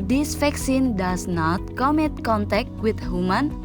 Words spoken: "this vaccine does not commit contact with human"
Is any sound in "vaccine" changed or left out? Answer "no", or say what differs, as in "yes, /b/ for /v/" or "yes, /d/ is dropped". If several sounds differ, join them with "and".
yes, /f/ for /v/